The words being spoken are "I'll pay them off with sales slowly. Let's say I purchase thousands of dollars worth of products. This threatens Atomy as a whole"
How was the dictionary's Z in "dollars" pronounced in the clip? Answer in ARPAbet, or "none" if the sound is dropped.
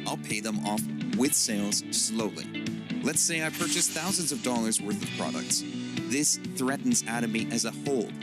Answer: Z